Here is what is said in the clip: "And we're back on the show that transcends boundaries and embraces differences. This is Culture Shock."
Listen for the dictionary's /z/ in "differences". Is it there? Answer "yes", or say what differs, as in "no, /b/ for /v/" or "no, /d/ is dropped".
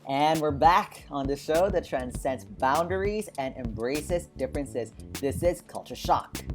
yes